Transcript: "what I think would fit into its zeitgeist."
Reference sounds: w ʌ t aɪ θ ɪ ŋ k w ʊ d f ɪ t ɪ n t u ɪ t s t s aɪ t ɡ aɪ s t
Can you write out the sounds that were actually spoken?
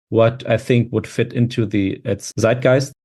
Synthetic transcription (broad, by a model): w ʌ t aɪ θ ɪ ŋ k w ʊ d f ɪ t ɪ n t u ɪ t s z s aɪ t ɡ aɪ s